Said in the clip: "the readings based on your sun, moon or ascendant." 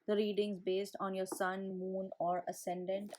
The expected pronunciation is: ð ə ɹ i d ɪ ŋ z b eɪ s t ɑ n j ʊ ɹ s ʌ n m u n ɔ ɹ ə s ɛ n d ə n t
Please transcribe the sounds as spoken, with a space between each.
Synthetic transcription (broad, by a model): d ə ɹ i d ɪ ŋ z b eɪ s t ɑ n j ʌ ɹ s ʌ n m u n ɔ ɹ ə s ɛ n d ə n t